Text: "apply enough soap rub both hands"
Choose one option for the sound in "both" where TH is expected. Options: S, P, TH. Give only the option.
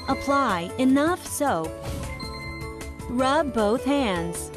TH